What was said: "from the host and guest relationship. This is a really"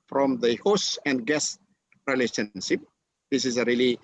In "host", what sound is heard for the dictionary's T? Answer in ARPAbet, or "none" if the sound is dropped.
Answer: none